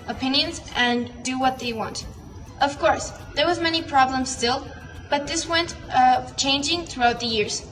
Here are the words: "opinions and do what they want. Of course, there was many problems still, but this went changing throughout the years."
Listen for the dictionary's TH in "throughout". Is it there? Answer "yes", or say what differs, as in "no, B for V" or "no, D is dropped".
yes